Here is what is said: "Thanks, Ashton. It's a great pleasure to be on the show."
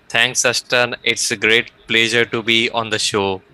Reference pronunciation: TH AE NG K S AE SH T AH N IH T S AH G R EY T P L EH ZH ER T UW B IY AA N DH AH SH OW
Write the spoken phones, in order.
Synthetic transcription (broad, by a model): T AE NG K S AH S T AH N IH T S AH G R EY T P L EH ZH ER T UW B IY AA N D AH SH OW